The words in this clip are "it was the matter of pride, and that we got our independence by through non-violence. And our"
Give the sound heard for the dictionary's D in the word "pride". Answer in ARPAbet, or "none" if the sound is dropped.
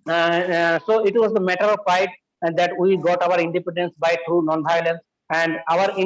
none